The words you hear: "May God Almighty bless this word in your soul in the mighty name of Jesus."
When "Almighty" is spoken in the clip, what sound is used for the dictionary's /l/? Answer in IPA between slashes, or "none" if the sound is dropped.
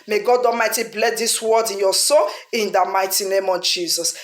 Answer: none